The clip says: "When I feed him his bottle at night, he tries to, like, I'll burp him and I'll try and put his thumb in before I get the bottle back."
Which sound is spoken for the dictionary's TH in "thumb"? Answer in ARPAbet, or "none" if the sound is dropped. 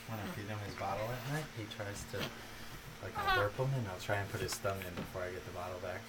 T